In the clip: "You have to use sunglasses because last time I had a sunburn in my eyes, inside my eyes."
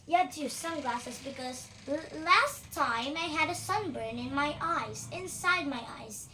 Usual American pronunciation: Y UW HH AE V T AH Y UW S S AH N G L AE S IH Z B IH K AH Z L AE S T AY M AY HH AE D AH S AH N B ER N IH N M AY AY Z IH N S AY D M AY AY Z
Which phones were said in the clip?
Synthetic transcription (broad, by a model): Y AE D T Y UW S S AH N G L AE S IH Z B IH K AH Z L AE S T AY M AY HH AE D AH S AH N B ER N IH N M AY AY Z IH N S AY D M AY AY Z